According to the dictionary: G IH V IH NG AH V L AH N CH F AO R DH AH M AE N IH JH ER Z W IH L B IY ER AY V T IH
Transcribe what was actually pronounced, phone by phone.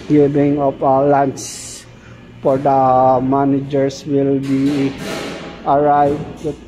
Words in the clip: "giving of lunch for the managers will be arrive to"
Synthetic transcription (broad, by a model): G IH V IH NG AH P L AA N S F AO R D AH M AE N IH JH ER S W IH L B IY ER AY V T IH